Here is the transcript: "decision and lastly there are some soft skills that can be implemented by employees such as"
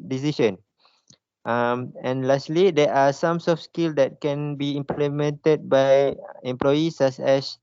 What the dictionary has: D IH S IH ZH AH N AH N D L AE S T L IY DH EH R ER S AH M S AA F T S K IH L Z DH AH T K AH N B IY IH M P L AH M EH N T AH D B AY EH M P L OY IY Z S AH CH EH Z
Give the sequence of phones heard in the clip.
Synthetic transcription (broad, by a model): D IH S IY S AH N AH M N L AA S T L IY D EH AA S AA M S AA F S K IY L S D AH T K AH N B IY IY M P L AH M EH N T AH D B AY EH M P L OY IY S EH S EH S